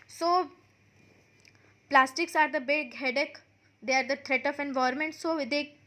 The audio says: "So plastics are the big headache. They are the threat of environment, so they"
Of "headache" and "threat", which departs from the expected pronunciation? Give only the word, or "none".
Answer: threat